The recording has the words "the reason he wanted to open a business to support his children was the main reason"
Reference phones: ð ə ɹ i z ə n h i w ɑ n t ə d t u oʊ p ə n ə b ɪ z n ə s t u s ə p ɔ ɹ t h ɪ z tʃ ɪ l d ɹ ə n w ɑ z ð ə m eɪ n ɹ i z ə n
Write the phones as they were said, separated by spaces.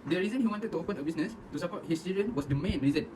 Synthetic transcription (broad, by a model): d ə ɹ i z ə n h i w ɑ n t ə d t u oʊ p ə n ə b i s n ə s t u s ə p ɔ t h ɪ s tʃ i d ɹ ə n w ɑ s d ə m eɪ n ɹ i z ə n